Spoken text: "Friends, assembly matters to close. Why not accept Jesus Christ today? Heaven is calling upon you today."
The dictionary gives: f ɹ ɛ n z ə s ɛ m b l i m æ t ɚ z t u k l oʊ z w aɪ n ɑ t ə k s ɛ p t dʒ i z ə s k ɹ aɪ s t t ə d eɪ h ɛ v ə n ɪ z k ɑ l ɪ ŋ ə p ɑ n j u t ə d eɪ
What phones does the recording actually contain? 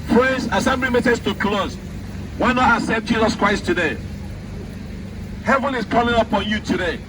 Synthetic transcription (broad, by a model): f ɹ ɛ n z ə s ɛ m b l i m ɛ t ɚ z t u k l oʊ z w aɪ n ɑ t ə s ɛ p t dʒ i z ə s k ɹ aɪ s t t ə d eɪ h ɛ v ə n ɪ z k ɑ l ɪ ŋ ə p ɑ n j u t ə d eɪ